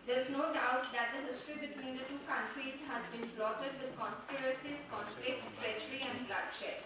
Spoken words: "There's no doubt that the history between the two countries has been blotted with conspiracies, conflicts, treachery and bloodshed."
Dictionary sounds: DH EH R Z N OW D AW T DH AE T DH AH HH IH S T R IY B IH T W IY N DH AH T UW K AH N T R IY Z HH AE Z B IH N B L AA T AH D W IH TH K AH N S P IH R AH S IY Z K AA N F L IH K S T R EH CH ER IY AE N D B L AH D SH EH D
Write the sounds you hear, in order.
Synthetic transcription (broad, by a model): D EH R Z N OW D AW T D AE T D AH HH IH S T R IY B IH T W IY N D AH T UW K AH N T R IY Z HH AE Z B IH N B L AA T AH D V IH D K AH N S P IH R AH S IY Z K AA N P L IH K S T R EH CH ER IY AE N D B L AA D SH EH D